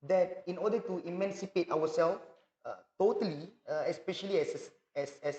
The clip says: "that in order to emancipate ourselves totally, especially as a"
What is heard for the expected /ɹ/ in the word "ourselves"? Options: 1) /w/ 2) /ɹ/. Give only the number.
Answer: 1